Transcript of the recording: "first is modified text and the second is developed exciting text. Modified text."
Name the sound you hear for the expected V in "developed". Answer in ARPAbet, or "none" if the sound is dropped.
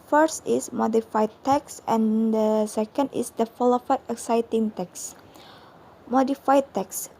F